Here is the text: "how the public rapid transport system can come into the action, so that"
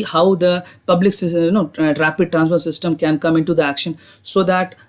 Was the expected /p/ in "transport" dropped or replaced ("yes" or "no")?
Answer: yes